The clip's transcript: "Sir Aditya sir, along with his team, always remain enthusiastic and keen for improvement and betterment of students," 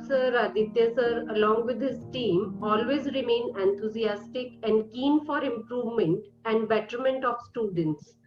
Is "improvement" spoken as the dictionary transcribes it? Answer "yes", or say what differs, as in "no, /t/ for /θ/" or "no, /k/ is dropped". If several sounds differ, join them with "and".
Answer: yes